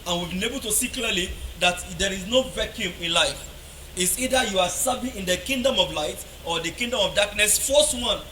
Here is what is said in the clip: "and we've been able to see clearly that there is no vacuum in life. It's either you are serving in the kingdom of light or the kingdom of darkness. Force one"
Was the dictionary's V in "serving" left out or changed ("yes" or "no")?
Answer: yes